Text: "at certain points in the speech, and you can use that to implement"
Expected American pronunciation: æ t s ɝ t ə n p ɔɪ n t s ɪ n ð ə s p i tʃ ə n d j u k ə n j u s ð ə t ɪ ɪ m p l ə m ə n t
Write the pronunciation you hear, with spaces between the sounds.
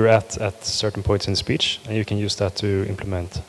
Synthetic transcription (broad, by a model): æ t s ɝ t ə n p ɔɪ n t s ɪ n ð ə s p i tʃ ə n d j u k ə n j u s ð ə t ɪ ɪ m p l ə m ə n t